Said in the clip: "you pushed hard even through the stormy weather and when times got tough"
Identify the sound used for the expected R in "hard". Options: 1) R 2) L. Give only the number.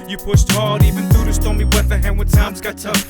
2